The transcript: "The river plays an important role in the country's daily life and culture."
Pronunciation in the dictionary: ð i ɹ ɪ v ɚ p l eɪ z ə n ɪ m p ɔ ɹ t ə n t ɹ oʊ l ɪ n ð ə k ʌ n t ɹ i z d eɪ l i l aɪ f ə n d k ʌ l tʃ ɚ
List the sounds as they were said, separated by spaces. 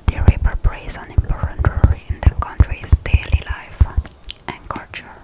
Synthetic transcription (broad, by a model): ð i ɹ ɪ p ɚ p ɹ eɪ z ə n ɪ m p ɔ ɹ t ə n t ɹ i ɪ n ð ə k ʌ n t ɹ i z d eɪ l i l aɪ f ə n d k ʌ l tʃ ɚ